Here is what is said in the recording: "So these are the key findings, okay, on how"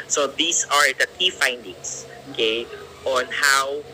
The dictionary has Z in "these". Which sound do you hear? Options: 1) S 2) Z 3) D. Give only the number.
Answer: 1